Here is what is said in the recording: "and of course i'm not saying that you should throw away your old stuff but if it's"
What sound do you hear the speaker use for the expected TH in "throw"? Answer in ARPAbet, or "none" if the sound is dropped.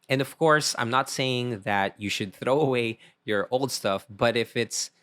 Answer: TH